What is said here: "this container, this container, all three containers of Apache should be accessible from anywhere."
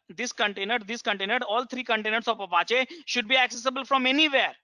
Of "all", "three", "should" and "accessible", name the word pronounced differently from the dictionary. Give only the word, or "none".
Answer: three